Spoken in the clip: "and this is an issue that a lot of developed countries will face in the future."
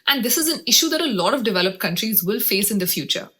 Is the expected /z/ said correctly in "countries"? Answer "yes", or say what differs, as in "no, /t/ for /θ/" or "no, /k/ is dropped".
yes